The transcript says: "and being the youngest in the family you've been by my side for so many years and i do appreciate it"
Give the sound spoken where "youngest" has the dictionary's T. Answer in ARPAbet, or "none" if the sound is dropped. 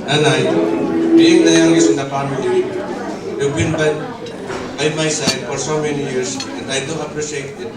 none